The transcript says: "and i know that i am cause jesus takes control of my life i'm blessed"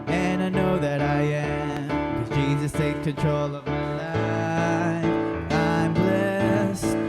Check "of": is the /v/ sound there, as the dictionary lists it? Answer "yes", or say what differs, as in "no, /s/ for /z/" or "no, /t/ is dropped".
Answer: yes